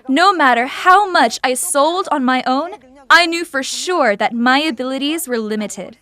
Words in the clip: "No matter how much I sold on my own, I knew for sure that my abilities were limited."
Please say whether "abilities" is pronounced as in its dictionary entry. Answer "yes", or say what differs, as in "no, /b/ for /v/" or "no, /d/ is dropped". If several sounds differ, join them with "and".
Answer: yes